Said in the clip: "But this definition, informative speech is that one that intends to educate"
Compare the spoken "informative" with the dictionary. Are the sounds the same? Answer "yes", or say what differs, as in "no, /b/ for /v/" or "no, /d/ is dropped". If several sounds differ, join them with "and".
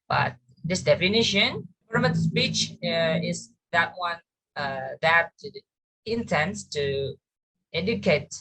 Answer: no, /p/ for /f/